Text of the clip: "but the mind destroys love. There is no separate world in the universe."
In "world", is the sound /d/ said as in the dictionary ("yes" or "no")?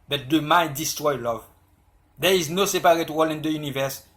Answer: no